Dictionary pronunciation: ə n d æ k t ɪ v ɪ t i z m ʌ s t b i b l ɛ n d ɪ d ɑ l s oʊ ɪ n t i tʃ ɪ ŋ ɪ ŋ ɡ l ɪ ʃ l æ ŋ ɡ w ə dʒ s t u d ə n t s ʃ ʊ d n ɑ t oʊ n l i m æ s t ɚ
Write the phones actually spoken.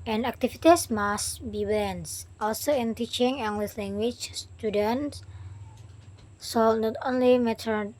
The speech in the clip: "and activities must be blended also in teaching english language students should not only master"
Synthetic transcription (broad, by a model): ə n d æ k t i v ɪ t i s m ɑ s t b i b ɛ n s ɑ l s oʊ ɪ n t i tʃ ɪ ŋ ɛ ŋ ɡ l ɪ s l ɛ ŋ ɡ w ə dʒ s t u d ə n t s s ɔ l n ɑ t oʊ n l i m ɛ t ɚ